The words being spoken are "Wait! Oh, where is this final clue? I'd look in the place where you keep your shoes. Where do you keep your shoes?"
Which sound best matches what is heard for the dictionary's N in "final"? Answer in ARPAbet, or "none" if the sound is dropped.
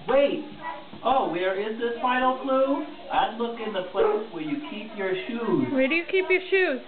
none